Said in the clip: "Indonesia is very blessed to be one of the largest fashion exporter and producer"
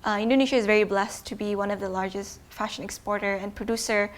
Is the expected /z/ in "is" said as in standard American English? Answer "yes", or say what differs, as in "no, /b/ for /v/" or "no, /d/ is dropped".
yes